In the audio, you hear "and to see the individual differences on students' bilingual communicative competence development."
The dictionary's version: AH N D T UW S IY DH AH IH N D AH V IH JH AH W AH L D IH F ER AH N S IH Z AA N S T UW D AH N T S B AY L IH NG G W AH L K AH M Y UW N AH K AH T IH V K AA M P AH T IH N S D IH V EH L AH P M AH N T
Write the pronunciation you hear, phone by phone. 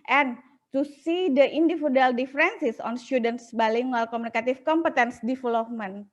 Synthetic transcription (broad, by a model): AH N T UW S IY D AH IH N D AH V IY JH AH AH L D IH F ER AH N S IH S AA N S T UW D AH N T S B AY L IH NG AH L K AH M UW N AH K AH T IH F K AA M P AH T IH N S D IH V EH L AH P M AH N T